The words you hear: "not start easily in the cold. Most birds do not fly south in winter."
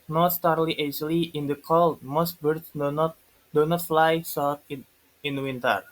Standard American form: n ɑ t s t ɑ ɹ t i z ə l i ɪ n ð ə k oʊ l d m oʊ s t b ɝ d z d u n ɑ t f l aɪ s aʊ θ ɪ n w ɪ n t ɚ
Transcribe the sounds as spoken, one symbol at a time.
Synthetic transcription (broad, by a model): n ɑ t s t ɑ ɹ t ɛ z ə l i ɪ n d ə k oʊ l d m oʊ s t b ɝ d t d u n ɑ t f l aɪ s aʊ t ɪ n w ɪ n t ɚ